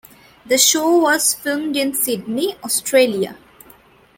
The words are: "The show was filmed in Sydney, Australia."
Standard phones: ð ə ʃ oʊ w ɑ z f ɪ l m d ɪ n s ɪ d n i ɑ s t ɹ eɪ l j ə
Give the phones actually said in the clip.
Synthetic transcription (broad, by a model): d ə ʃ oʊ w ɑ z f ɪ l m d ɪ n s ɪ d n i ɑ s t ɹ eɪ l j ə